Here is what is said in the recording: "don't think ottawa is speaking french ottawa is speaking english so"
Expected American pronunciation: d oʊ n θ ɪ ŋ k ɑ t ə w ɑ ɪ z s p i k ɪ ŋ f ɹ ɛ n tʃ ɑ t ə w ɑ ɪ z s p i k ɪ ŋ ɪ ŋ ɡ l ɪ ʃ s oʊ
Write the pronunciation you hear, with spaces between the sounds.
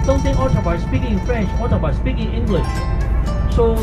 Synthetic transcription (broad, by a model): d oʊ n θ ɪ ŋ ɑ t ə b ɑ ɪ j s p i k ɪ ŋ f ɹ ɛ n tʃ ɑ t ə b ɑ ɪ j s p i k ɪ ŋ ɪ ŋ ɡ l ɪ ʃ s oʊ